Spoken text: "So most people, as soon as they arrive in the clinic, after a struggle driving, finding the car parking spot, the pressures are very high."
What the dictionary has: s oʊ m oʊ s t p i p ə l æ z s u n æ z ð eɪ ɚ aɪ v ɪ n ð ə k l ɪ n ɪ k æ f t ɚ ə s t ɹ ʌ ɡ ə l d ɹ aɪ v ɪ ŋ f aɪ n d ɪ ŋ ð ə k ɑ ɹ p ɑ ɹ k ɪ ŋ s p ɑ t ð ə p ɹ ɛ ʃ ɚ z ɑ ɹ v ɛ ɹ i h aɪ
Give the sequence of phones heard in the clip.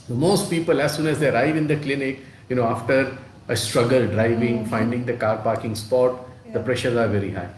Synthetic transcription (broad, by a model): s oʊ m oʊ s t p i p ə l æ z s u n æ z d eɪ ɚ aɪ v ɪ n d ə k l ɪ n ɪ k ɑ f t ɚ ə s t ɹ ʌ ɡ ə l d ɹ aɪ v ɪ ŋ f aɪ n d ɪ ŋ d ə k ɑ ɹ p ɑ ɹ k ɪ ŋ s p ɑ t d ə p ɹ ɛ ʃ ɚ z ɑ ɹ v ɛ ɹ i h aɪ